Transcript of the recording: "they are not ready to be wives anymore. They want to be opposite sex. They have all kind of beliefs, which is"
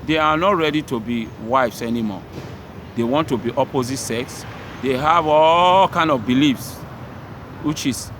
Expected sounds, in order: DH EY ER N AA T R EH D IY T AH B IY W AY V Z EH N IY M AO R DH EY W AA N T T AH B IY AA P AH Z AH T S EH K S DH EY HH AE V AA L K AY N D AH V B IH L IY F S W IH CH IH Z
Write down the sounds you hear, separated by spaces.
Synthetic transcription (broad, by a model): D EY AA N AA T R EH D IY T AH B IY W AY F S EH N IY M AO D EY W AA N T T AH B IY AA P AH Z AH T S EH K S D EY HH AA V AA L K AY N D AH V B IH L IY F S W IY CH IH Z